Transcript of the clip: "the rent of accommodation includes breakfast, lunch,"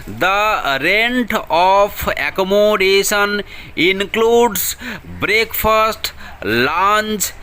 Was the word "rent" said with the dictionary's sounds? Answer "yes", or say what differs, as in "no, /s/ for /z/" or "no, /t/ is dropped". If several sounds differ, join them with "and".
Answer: yes